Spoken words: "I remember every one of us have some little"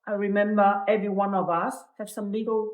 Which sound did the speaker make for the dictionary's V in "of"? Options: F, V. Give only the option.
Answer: V